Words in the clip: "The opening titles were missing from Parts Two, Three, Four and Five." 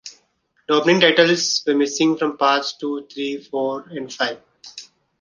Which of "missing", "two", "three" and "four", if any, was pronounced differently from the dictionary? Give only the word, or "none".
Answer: three